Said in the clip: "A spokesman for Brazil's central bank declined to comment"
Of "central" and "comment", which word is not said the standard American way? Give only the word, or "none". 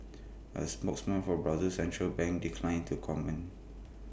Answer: comment